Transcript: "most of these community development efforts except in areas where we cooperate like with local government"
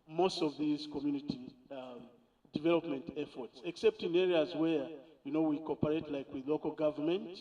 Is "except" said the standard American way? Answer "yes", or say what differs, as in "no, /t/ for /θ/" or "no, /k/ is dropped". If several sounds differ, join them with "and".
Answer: yes